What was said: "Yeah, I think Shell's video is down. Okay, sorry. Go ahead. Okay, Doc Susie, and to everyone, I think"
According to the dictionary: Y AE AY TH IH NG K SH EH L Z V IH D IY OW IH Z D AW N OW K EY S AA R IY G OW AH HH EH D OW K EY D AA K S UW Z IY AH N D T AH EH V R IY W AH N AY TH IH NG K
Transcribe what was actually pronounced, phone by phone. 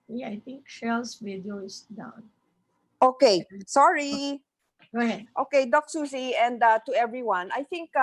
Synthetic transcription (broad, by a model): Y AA AY T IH NG K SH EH L S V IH D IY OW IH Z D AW N OW K EY S AA R IY G OW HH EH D OW K EY D AA K S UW S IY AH N D T AH EH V R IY W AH N AY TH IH NG K